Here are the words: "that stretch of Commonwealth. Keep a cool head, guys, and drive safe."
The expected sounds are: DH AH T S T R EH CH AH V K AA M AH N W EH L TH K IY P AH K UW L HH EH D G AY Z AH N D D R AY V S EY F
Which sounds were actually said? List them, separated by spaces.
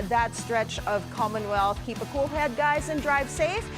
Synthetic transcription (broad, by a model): DH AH T S T R EH CH AH V K AA M AH N W EH L TH K IY P AH K UW L HH EH D G AY Z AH N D D R AY V S EY F